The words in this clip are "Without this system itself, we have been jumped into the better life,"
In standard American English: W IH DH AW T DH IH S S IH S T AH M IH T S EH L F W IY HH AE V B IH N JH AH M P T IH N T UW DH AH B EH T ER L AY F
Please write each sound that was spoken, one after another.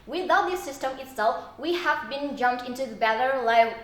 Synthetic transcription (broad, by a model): W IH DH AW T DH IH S S IH S T AH M IH T S EH L F W IY HH AE V B IH N JH AH M P T IH N T UW DH AH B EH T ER L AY